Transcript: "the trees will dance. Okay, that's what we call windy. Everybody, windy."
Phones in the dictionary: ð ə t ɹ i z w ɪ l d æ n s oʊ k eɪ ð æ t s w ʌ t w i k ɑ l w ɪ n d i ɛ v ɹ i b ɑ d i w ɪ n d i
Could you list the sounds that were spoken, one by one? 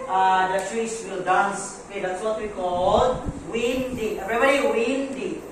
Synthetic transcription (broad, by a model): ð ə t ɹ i s w ɪ l d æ n s oʊ k eɪ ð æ t s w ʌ t w i k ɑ l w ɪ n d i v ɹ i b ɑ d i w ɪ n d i